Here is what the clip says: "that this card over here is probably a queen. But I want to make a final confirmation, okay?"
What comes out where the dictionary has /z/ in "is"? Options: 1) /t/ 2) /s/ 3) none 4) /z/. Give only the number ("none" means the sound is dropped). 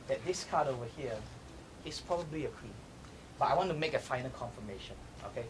2